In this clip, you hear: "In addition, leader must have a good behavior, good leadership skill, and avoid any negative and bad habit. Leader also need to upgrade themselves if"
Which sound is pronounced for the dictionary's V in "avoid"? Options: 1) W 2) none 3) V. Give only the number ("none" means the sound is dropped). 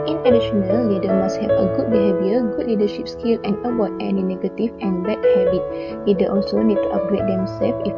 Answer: 1